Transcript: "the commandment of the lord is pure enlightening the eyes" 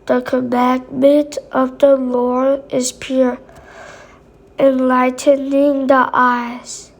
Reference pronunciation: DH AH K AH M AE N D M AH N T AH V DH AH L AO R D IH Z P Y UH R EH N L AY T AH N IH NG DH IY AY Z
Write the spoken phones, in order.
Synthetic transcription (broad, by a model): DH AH K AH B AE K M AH T AH V DH AH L AO R IH Z P Y UH R EH N L AY T AH N IH NG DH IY AY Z